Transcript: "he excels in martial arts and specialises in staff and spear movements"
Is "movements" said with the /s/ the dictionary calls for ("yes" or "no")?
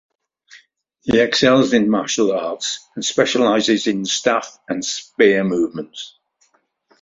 yes